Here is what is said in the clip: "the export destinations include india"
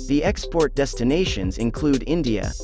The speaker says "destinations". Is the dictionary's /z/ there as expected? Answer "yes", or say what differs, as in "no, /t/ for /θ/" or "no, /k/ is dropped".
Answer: yes